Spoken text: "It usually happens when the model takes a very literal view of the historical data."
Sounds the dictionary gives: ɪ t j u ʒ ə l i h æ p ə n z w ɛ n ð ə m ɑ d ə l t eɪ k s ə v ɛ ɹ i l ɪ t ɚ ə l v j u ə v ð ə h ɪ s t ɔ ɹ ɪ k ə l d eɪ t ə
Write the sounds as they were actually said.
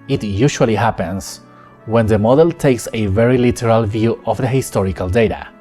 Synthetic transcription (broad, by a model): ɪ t j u ʃ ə l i h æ p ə n s w ɛ n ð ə m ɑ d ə l t eɪ k s ə v ɛ ɹ i l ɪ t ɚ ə l v j u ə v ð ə h ɪ s t ɔ ɹ ɪ k ə l d eɪ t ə